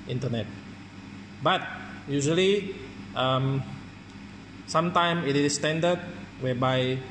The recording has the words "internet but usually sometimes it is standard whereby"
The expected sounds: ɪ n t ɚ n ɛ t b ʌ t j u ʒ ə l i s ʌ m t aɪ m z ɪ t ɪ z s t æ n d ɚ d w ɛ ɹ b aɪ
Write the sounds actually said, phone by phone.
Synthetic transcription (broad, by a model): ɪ n t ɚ n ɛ t b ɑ t j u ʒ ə l i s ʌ m s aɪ m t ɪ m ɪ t s t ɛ n d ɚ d w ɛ b aɪ